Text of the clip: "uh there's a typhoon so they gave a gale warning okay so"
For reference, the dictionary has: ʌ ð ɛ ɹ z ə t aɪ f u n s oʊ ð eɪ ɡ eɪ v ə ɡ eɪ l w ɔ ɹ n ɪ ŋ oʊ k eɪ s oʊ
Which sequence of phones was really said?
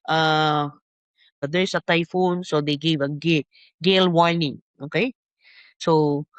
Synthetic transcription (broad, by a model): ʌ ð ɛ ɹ s ə t aɪ f u n s oʊ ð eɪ ɡ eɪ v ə ɡ eɪ l w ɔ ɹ n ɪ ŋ oʊ k eɪ s oʊ